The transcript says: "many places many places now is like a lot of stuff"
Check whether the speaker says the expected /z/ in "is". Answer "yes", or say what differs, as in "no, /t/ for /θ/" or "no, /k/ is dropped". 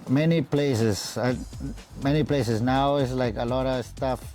no, /s/ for /z/